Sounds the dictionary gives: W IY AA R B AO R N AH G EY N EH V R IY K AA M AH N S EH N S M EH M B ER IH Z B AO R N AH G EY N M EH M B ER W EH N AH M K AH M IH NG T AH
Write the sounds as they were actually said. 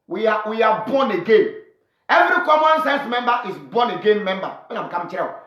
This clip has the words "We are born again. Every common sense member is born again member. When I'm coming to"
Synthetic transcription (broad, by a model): W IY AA W B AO N AH G EY N EH V R IY K AA M AH N S EH N S M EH M B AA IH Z B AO N AH G EY N M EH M B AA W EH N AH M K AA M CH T